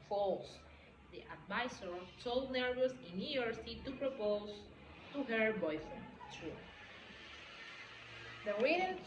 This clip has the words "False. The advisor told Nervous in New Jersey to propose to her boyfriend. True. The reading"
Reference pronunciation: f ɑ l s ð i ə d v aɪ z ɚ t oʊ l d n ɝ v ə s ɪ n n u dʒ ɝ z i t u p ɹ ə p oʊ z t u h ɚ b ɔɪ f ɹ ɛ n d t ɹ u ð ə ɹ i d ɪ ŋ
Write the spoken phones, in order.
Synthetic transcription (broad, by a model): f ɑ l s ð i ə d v aɪ s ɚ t oʊ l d n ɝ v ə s ɪ n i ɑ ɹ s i t u p ɹ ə p oʊ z t u h ɚ b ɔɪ f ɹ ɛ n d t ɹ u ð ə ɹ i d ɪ